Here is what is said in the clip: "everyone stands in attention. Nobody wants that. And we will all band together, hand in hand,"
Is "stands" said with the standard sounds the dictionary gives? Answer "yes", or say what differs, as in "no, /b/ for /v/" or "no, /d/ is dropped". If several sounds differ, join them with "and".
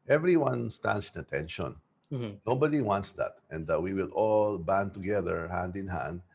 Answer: no, /s/ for /z/